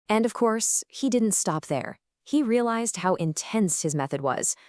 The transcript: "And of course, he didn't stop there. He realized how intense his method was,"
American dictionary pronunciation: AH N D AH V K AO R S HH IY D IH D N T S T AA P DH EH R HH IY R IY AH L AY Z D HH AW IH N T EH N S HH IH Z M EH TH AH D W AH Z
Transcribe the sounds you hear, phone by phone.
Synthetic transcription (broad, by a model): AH N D AH V K AO R S HH IY D IH D N T S T AA P DH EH R HH IY R IY AH L AY Z D HH AW IH N T EH N S HH IH Z M EH TH AH D W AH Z